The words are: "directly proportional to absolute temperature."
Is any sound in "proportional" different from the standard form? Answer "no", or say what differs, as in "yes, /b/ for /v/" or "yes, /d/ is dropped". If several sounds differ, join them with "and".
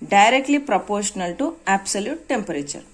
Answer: no